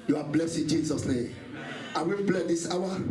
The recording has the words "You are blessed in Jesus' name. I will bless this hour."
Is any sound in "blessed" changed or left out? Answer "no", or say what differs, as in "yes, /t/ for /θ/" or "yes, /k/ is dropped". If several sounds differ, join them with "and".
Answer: yes, /t/ is dropped